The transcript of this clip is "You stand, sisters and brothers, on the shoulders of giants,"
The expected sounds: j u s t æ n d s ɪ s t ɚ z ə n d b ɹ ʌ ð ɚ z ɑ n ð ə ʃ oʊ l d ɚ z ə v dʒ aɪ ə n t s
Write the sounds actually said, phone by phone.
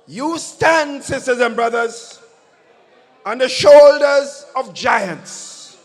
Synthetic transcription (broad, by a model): j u s t æ n d s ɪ s t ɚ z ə n b ɹ ʌ ð ɚ z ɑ n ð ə ʃ oʊ l d ɚ z ə v dʒ aɪ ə n t s